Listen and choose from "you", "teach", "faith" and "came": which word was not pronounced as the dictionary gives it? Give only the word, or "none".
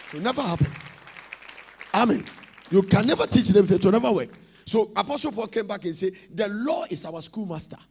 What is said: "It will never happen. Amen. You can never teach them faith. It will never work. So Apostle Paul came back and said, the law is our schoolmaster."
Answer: faith